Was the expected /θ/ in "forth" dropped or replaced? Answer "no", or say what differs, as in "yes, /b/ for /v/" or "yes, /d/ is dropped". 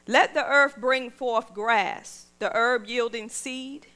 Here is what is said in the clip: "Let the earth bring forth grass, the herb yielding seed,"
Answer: no